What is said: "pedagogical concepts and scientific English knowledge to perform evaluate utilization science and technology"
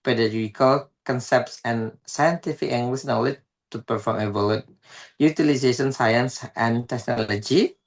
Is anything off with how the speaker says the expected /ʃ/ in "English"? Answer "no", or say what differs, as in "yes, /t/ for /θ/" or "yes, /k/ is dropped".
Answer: yes, /s/ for /ʃ/